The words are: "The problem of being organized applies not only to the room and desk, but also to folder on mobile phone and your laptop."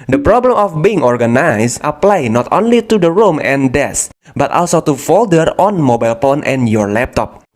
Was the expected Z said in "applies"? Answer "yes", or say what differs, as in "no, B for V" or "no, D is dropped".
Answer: no, Z is dropped